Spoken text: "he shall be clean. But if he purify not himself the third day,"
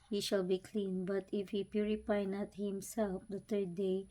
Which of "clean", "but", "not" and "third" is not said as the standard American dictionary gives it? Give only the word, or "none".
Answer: third